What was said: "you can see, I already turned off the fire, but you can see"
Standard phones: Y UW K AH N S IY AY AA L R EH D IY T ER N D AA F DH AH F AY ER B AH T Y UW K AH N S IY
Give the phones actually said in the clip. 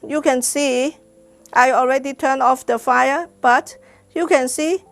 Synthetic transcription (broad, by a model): Y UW K AH N S IY AY AA L R EH D IY T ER N AA F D AH F AY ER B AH T Y UW K AH N S IY